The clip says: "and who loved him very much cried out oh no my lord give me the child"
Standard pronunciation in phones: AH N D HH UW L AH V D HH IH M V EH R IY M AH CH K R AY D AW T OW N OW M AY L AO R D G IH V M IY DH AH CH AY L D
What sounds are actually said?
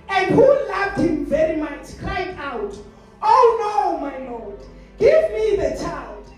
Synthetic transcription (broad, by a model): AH N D HH UW L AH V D HH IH M V EH R IY M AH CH K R AY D AW T OW N OW M AY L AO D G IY V M IY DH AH CH AY L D